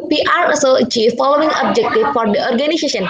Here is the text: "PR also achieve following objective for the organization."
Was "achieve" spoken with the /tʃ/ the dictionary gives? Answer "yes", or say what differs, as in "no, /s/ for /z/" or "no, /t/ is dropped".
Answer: yes